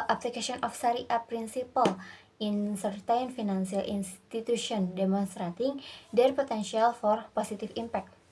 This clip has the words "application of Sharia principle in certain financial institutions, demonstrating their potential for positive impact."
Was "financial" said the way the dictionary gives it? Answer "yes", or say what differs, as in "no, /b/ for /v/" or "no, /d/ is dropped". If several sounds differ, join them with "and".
no, /s/ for /ʃ/